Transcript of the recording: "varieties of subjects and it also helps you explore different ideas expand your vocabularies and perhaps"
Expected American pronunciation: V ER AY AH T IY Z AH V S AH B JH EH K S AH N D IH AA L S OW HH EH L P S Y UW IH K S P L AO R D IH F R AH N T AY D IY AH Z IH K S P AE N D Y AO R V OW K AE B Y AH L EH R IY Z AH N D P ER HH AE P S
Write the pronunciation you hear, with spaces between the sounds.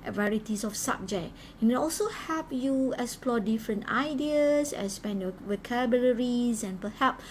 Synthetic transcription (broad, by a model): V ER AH T IY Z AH F S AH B JH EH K AH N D IH AA L S OW HH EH P Y UW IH K S P L AO D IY F R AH N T AY D IY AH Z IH S P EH N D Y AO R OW K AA B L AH R IY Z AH N P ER HH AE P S